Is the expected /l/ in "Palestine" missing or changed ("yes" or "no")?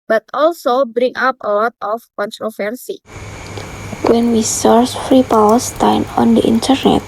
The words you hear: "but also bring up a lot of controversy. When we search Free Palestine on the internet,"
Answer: yes